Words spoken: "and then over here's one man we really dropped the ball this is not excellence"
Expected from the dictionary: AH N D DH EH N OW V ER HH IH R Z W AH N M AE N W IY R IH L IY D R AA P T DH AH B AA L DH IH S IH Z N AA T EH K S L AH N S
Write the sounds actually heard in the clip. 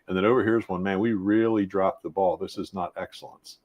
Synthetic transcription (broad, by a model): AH N DH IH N OW V ER HH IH R Z W AH N M AE N W IY R IH L IY D R AA P DH AH B AA L DH IH S IH Z N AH T EH K S L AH N S